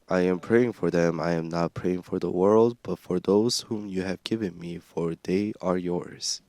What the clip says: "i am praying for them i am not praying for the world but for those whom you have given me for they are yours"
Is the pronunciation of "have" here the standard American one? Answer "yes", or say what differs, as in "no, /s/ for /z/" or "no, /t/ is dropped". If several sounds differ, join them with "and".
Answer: yes